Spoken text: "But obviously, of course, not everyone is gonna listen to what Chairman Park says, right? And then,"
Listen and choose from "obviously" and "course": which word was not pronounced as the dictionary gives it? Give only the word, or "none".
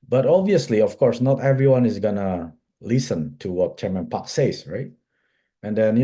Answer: none